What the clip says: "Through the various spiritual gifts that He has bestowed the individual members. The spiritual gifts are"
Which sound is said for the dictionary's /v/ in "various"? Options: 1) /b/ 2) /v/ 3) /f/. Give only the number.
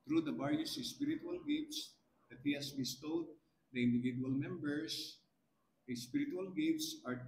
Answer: 1